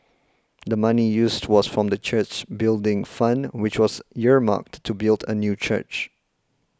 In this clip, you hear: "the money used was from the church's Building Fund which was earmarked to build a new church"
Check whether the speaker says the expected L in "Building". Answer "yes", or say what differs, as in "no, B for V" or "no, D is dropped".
yes